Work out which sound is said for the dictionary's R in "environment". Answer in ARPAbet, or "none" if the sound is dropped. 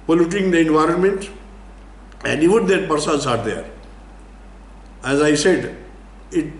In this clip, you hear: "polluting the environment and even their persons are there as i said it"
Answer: R